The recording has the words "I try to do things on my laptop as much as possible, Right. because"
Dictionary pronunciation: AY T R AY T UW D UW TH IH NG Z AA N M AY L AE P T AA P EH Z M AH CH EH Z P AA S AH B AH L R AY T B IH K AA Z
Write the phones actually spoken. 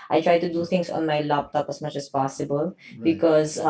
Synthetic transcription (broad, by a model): AY T R AY T UW D UW T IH NG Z AA N M AY L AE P T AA P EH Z M AH CH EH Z P AA S AH B AH L B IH K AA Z